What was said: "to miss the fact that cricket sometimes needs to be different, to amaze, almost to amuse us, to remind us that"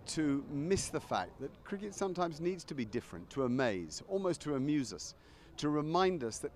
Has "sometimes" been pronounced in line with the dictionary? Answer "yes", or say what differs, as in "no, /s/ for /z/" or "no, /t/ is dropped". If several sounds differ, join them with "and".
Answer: yes